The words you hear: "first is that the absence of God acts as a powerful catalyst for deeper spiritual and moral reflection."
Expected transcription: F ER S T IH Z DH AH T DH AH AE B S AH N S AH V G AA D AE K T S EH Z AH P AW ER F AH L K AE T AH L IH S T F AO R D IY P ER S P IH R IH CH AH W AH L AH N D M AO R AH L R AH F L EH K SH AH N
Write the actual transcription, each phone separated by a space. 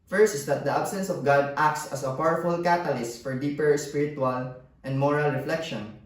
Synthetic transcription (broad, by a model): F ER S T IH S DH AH T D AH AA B S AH N S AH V G AA D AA K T S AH S AH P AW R F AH L K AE T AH L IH S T F AO R D IY P ER S P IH R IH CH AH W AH L AH N D M AO R AH L R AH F L EH K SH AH N